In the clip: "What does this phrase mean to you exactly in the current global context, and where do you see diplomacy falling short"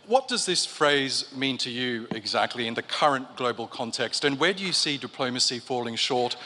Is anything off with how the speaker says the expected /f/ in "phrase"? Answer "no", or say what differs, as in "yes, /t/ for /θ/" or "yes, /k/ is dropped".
no